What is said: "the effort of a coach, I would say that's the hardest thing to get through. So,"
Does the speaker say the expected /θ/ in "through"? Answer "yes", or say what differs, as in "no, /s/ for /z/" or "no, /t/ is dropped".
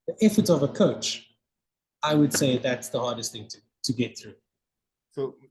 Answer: yes